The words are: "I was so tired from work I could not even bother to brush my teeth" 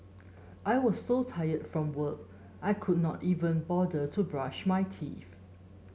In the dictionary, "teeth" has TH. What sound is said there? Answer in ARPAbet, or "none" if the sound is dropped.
F